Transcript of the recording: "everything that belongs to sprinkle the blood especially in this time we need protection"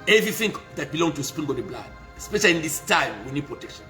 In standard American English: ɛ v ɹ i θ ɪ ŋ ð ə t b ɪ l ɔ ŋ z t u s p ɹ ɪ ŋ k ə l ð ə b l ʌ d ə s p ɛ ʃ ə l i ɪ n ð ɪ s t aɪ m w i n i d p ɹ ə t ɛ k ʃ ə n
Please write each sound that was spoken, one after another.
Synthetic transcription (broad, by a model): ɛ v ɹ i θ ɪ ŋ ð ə t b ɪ l ɔ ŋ t u s p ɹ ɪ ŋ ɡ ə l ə b l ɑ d ə s p ɛ ʃ ə l i n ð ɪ s t aɪ m w i n i d p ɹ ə t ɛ k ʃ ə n